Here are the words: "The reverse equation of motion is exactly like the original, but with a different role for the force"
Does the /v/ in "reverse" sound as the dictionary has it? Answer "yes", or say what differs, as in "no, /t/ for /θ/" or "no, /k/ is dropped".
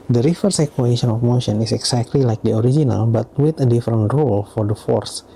no, /f/ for /v/